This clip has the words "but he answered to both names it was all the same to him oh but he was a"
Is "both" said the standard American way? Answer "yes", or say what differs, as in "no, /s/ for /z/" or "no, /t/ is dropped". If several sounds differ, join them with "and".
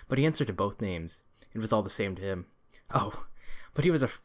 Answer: yes